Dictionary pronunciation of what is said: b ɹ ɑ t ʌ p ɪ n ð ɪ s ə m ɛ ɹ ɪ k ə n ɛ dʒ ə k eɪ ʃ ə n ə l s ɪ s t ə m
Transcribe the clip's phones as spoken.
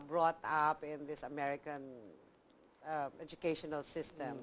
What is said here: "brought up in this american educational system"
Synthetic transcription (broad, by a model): b ɹ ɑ t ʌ p ɪ n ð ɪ s ə m ɛ ɹ ɪ k ə n ɛ dʒ ə k eɪ ʃ ə n ə l s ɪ s t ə m